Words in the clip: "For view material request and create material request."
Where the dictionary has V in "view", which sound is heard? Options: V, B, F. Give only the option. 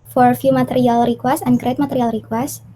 F